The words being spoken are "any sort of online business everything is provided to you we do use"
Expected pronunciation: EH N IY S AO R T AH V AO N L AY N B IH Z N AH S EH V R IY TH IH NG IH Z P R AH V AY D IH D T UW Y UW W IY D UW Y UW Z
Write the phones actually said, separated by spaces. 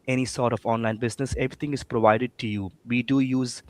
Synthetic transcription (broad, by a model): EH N IY S AO R T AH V AO N L AY N B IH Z N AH S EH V R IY T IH NG IH Z P R AH V AY D IH D T UW Y UW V IY D UW Y UW Z